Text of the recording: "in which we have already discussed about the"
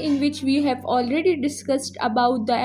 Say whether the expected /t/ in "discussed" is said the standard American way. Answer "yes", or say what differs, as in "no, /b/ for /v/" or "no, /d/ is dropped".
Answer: yes